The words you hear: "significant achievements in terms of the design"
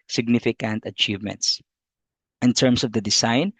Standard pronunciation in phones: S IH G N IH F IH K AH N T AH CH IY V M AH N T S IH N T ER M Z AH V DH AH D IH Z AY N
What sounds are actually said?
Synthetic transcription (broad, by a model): S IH G N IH F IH K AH N T AH CH IY V M AH N T S IH N T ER M S AH V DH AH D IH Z AY N